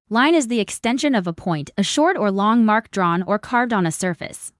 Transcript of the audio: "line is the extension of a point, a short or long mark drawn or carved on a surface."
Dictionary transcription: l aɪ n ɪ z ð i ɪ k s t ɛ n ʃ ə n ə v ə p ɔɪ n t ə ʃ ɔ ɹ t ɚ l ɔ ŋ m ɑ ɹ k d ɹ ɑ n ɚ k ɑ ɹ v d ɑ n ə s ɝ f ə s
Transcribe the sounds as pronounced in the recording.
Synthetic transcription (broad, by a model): l aɪ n ɪ z ð i ɪ k s t ɛ n ʃ ə n ə v ə p ɔɪ n t ə ʃ ɔ ɹ t ɚ l ɔ ŋ m ɑ ɹ k d ɹ ɑ n ɚ k ɑ ɹ v d n ə s ɝ f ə s